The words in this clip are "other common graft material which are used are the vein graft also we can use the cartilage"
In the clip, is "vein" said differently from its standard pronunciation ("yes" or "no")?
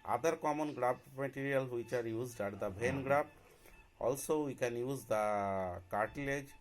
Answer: yes